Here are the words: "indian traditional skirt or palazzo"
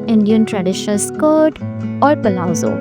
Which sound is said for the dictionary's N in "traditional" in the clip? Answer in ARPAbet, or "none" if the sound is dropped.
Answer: none